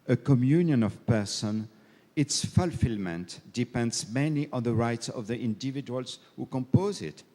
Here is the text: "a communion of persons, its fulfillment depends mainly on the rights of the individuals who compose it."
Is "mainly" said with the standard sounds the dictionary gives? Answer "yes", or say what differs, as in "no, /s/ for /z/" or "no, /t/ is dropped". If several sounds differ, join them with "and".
no, /l/ is dropped